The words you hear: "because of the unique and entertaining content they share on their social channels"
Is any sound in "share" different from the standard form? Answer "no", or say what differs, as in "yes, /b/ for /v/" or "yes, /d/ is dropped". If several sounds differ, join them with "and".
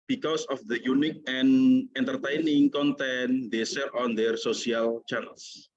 yes, /s/ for /ʃ/